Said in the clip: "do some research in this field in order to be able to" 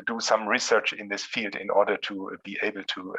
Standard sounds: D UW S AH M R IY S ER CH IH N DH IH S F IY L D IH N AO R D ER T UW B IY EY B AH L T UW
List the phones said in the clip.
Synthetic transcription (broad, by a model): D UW S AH M R IY S ER CH IH N DH IH S F IY L D IH N AO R D ER T UW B IY EY B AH L T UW